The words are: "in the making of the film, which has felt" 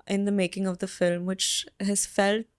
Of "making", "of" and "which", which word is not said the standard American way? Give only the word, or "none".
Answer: none